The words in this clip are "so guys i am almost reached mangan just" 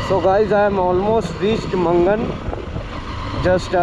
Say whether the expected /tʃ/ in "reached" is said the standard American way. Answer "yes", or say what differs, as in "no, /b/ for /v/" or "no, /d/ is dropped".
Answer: no, /s/ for /tʃ/